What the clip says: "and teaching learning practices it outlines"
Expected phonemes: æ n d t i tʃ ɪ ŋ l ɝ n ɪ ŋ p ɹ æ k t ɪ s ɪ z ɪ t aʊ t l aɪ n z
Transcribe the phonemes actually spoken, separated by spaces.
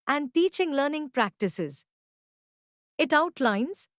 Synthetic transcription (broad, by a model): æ n d t i tʃ ɪ ŋ l ɝ n ɪ ŋ p ɹ æ k t ɪ s ɪ z ɪ t aʊ t l aɪ n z